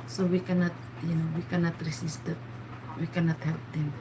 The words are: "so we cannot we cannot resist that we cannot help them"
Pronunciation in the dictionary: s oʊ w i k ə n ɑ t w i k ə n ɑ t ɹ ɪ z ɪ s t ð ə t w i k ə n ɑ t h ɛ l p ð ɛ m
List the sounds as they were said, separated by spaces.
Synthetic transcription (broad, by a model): s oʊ w i k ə n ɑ t w i k ə n ɑ t ɹ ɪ s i s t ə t w i k ə n ɑ t h ɛ l p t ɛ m